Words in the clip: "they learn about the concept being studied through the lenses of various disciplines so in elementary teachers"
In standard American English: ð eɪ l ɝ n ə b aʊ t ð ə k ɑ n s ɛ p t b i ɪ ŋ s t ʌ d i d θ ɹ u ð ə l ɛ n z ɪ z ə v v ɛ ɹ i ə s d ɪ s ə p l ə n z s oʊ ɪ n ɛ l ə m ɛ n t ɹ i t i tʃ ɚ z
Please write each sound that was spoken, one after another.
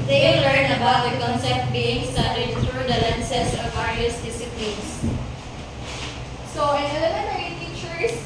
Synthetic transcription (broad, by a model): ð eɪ l ɝ n ə b aʊ t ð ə k ɑ n s ɛ p t b i ɪ ŋ s t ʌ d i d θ ɹ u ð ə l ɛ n s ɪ s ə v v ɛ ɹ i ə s d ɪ s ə p l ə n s s oʊ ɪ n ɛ n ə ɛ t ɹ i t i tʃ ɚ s